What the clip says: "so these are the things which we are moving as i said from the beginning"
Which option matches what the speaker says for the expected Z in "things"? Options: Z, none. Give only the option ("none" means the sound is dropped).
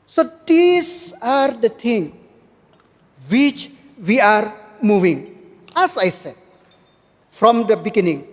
none